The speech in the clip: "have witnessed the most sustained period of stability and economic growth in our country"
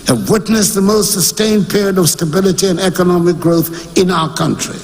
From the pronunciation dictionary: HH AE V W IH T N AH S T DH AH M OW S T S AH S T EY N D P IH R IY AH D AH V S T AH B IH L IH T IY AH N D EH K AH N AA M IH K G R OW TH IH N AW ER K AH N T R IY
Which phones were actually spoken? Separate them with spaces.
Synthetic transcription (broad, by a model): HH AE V W IH T N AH S DH AH M OW S T S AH S T EY N P IH R IY AH D AH V S T AH B IH L IH T IY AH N EH K AH N AA M IH K G R OW TH IH N AW ER K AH N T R IY